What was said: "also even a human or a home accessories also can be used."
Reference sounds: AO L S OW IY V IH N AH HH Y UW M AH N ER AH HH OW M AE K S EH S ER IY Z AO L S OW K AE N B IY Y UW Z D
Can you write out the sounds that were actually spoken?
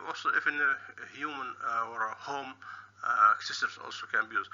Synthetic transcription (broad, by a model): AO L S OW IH F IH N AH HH Y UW M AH N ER HH OW M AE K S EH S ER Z AO L S OW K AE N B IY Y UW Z